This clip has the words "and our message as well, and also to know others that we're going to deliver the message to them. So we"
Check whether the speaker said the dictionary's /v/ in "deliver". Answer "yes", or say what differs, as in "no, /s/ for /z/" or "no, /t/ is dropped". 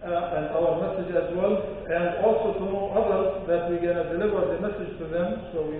no, /w/ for /v/